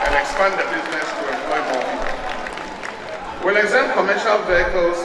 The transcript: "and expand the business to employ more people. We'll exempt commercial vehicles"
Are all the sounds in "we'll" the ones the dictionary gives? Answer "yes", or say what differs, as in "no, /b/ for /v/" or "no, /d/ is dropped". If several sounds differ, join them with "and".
yes